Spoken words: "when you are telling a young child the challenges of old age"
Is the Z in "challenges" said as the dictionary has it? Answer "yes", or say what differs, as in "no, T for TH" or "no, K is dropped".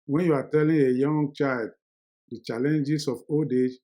no, S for Z